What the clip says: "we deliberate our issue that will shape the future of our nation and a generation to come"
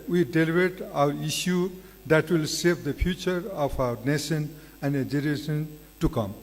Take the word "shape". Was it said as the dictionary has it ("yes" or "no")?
no